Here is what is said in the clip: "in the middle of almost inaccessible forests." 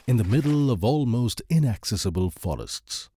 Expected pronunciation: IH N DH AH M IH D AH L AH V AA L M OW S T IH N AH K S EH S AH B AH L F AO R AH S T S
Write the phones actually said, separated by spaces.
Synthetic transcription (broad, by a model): IH N DH AH M IH D L AH V AA L M OW S T IH N AH K S EH S AH B AH L F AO R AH S T S